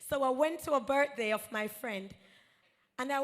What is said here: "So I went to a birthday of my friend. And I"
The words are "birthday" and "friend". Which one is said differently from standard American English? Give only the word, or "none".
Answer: birthday